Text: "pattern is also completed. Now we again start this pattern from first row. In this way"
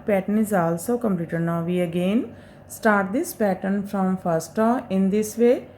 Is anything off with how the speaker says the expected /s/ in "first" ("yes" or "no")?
no